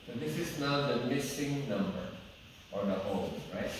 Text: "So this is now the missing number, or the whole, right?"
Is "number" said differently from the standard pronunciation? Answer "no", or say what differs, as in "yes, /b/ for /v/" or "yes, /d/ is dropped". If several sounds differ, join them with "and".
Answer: no